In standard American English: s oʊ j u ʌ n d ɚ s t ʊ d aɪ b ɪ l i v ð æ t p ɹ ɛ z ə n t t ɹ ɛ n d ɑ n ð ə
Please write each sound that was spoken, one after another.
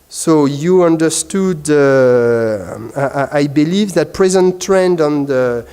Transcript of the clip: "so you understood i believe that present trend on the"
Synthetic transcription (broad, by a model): s oʊ j u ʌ n d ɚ s t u d aɪ b ɪ l i v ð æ t p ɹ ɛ z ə n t t ɹ ɛ n d ɑ n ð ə